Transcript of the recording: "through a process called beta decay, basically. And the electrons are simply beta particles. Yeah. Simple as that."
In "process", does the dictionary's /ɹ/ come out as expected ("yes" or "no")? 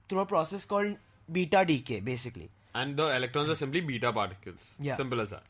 yes